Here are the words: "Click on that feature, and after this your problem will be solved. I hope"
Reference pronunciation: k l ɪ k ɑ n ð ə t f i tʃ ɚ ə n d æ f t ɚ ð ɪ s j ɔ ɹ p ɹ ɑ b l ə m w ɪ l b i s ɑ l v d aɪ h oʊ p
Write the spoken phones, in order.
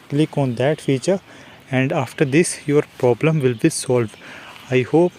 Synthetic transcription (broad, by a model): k l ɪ k ɑ n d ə t f i tʃ ɚ ə n d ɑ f t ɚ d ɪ s j ɔ ɹ p ɹ ɑ b l ə m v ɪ l b i s ɑ l v d aɪ h oʊ p